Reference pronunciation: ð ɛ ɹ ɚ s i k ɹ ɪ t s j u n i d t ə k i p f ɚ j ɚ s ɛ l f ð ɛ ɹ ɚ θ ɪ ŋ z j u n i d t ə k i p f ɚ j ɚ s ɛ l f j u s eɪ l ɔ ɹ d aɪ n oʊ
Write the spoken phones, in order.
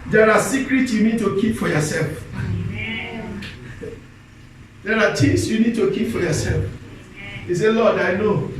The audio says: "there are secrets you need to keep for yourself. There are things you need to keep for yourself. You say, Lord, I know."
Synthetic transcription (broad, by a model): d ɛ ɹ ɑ s i k ɹ ɪ t s j u n i d t ə k i p f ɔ j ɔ s ɛ l f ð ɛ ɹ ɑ t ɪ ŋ s j u n i d t ə k i p f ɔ j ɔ s ɛ l f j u s eɪ l ɔ d aɪ n oʊ